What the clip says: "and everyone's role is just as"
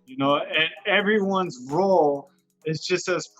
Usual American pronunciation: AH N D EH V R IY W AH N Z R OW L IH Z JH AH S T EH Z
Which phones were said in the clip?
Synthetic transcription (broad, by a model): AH N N EH V R IY W AH N Z R OW L IH Z JH AH S T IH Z